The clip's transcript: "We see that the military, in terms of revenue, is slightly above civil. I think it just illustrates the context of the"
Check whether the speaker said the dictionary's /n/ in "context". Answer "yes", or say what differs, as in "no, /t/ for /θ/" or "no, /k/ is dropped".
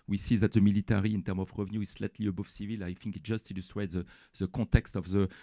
no, /n/ is dropped